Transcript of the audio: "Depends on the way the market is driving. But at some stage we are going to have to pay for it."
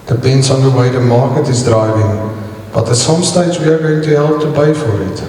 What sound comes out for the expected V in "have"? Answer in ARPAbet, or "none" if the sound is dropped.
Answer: P